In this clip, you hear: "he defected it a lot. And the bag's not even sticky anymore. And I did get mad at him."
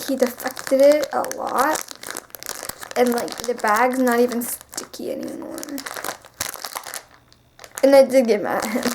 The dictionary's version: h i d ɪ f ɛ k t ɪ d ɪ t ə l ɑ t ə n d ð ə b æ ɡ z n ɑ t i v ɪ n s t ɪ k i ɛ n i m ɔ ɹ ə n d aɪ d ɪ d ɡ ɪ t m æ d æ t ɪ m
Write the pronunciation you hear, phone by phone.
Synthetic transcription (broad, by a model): h i d ɪ f ɛ k t ɪ d ɪ t ə l ɑ t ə n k ð ə b æ ɡ z n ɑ t i v ɪ n s t ɪ k i ɛ n i m ɔ ɹ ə n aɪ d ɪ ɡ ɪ m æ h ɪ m